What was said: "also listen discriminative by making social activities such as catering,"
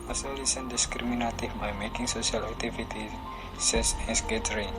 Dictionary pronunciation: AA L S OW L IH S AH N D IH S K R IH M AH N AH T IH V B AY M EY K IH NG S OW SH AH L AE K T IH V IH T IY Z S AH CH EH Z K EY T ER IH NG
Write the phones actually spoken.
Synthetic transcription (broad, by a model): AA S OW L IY S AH N D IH S K R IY M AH N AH T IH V B AY M EY K IH NG S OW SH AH L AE K T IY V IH T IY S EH S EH S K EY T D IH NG